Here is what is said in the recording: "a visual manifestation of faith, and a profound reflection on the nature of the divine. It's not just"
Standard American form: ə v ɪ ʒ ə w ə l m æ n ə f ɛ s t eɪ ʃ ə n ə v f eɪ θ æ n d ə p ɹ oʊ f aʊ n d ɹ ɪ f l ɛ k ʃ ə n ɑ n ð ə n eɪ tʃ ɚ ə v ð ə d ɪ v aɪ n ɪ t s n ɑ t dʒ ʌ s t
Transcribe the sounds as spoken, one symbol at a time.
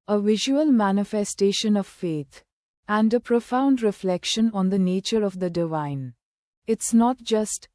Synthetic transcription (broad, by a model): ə v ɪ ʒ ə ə l m æ n ə f ɛ s t eɪ ʃ ə n ə v f eɪ t æ n d ə p ɹ oʊ f aʊ n d ɹ ɪ f l ɛ k ʃ ə n ɑ n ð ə n eɪ tʃ ɚ ə v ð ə d ɪ v aɪ n ɪ t s n ɑ t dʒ ʌ s t